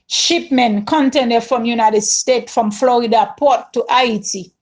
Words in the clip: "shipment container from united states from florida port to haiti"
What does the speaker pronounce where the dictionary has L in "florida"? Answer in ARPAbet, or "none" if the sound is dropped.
L